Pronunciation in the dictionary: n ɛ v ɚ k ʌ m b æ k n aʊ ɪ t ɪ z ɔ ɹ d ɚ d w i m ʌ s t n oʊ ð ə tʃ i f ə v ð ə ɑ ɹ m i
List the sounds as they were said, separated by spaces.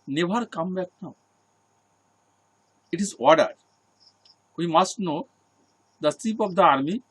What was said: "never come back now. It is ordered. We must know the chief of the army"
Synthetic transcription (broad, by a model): n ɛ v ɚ k ʌ m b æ k n aʊ ɪ t ɪ z ɔ ɹ d ɚ d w i m ʌ s t n oʊ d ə s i p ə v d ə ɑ ɹ m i